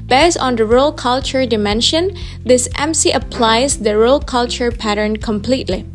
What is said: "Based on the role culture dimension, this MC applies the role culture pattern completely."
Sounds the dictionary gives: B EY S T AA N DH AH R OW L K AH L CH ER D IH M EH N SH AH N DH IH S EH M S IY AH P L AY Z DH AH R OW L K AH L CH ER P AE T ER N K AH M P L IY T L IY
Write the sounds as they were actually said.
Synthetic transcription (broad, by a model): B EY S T AA N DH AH R OW L K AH L CH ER D IH M EH N SH AH N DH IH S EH M S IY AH P L AY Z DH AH R OW L K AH L CH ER P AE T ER N K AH M P L IY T L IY